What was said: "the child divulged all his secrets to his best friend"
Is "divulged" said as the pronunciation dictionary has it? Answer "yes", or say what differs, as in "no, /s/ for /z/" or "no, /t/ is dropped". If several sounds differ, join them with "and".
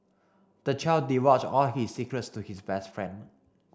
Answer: no, /w/ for /v/